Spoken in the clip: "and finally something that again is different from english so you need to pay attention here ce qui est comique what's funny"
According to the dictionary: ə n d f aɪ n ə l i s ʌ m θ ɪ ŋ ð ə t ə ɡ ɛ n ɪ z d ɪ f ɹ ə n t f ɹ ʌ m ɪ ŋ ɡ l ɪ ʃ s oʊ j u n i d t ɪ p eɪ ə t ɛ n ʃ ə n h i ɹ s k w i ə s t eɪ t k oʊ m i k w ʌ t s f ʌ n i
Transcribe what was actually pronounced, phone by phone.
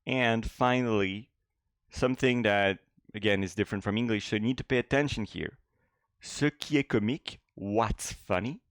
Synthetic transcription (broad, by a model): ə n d f aɪ n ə l i s ʌ m θ ɪ ŋ ð ə t ə ɡ ɛ n ɪ z d ɪ f ɹ ə n t f ɹ ʌ m ɪ ŋ ɡ l ɪ ʃ s oʊ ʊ n i d t ɪ p eɪ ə t ɛ n ʃ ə n h i ɹ s k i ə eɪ k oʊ m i k w ʌ t s f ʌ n i